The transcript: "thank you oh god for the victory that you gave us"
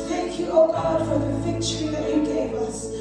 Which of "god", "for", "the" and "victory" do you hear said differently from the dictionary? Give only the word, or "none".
victory